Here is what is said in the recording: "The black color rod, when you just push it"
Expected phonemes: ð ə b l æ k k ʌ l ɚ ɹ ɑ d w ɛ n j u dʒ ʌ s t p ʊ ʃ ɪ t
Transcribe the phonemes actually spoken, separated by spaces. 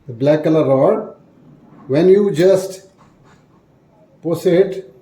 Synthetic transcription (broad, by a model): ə b l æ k k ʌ l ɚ ɹ ɑ d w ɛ n j u dʒ ʌ s t p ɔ s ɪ t